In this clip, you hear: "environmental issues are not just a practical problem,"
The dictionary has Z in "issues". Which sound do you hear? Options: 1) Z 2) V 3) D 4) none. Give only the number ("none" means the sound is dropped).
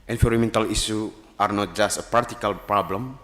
4